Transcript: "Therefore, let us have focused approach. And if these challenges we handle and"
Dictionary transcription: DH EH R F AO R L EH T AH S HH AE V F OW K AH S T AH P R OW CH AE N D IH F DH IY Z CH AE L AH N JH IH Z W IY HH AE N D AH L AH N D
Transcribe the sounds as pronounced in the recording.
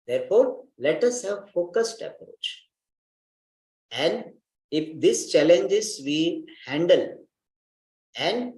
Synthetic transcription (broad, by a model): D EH R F AO R L EH T AH S HH AE V F OW K AH S T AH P R OW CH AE N D IH F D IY S CH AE L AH N JH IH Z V IY HH AE N D AH L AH N D